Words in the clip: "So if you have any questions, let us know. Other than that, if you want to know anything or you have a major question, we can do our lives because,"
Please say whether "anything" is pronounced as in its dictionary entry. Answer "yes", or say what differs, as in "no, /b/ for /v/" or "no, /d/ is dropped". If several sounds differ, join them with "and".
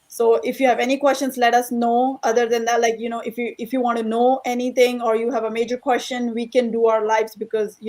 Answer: no, /t/ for /θ/